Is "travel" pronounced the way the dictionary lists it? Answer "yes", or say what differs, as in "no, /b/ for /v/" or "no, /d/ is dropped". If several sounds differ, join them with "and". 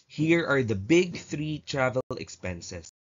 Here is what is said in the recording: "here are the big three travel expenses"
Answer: yes